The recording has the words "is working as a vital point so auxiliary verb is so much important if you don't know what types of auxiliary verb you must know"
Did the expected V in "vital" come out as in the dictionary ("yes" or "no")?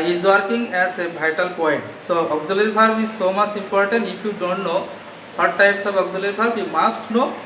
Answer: no